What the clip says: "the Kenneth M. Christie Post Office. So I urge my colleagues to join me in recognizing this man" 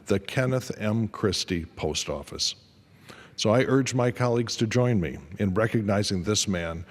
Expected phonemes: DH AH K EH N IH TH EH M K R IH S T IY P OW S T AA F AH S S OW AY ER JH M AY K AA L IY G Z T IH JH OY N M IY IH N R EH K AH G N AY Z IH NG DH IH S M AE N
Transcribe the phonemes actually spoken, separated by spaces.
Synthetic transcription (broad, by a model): DH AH K EH N IH TH EH M K R IH S T IY P OW S T AA F AH S S OW AY ER JH M AY K AA L IY G Z T IH JH OY N M IY IH N R EH K AH G N AY Z IH NG DH IH S M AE N